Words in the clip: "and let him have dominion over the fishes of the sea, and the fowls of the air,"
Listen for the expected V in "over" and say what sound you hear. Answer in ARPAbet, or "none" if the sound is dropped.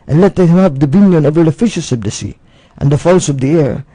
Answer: V